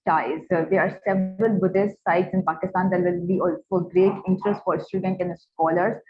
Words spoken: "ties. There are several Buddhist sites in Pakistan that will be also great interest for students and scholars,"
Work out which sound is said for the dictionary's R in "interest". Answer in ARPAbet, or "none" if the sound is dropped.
R